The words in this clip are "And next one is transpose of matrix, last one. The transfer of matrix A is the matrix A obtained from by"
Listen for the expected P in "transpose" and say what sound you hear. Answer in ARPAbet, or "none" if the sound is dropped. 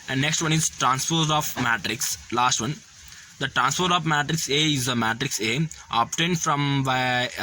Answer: F